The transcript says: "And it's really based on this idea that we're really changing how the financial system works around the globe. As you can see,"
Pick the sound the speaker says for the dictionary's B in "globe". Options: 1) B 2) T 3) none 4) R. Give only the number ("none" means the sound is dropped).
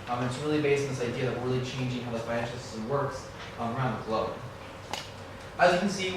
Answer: 3